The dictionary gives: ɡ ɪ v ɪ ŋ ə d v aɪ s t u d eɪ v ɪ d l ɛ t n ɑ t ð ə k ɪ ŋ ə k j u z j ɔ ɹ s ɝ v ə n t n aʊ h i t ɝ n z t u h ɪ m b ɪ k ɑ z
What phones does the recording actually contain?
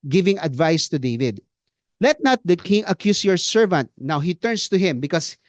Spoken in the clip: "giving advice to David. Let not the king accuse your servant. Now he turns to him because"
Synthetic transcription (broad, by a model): ɡ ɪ v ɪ ŋ ə d v aɪ s t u d eɪ v ɪ d l ɛ t n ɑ t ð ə k ɪ ŋ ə k j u s j ɔ ɹ s ɝ v ə n t n aʊ h i t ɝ n s t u h ɪ m b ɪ k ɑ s